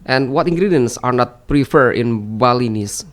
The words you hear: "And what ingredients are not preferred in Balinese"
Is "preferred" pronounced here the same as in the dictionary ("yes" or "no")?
yes